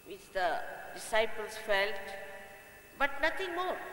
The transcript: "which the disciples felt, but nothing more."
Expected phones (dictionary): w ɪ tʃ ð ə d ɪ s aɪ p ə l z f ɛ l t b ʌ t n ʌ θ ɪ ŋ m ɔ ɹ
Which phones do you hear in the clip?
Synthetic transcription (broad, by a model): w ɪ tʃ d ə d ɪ s aɪ p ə l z f ɛ l t b ʌ t n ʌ t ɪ ŋ m ɔ ɹ